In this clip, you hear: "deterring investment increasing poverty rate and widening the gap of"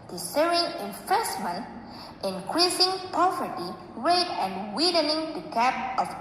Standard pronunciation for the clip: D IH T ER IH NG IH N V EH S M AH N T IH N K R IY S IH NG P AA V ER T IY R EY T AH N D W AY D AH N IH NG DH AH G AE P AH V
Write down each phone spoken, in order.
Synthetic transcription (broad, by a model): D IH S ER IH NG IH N F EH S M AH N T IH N K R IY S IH NG P AA V ER T IY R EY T AH N D W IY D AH N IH NG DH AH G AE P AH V